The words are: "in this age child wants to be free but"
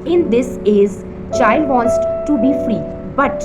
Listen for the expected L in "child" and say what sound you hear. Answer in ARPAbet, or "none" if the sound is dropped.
L